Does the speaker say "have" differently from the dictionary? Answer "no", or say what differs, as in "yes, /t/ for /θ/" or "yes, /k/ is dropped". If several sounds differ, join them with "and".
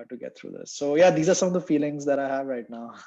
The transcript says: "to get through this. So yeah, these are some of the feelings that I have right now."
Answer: no